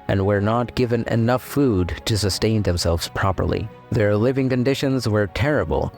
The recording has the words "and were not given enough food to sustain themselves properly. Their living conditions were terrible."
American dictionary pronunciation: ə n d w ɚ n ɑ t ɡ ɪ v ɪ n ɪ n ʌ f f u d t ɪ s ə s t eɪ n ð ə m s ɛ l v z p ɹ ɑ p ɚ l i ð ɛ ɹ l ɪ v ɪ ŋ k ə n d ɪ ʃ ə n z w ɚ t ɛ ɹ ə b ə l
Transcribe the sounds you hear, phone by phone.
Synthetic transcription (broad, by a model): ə n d w ɚ n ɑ t ɡ ɪ v ɪ n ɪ n ʌ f f u d t ɪ s ə s t eɪ n ð ə m s ɛ l v z p ɹ ɑ p ɚ l i ð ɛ ɹ l ɪ v ɪ ŋ k ə n d ɪ ʃ ə n z w ɚ t ɛ ɹ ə b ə l